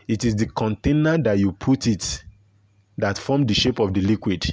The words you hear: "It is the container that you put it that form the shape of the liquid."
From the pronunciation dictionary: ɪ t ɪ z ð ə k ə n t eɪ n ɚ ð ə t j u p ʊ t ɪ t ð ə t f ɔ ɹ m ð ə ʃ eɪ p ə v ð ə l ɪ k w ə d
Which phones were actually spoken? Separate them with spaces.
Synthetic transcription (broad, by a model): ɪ t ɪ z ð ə k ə n t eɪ n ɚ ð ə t j u p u t ɪ t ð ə t f ɔ m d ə ʃ eɪ p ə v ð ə l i k w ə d